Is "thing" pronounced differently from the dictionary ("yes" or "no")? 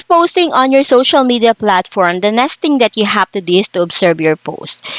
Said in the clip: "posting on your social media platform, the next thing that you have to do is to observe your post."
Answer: yes